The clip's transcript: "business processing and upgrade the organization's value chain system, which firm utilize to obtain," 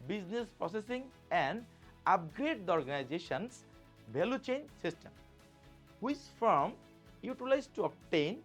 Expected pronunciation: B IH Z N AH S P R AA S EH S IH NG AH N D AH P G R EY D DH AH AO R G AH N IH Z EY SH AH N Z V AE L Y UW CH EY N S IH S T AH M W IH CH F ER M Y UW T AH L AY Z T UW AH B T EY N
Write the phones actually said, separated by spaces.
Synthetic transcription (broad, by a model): B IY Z N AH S P R AA S EH S IH NG AH N D AH P G R EY D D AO R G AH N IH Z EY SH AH N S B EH L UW CH EY N S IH S T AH M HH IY S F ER M Y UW T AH L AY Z T UW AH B T EY N